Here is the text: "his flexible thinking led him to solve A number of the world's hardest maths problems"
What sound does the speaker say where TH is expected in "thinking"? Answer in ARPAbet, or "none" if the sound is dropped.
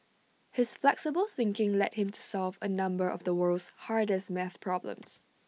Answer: TH